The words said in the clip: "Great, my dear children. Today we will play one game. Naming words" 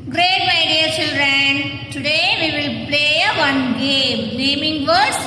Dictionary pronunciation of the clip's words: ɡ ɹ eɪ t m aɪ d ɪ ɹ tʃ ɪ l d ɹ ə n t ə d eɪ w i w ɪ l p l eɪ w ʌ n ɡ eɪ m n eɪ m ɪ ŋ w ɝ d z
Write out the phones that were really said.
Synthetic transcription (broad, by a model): ɡ ɹ eɪ t m aɪ d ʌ ɹ tʃ ɪ l d ɹ ə n t ə d eɪ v i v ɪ l p l eɪ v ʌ n ɡ eɪ m l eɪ m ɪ ŋ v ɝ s